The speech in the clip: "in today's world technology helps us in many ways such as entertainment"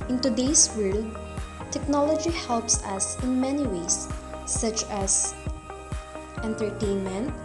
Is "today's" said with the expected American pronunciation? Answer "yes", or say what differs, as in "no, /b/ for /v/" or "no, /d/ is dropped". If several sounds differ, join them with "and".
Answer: no, /s/ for /z/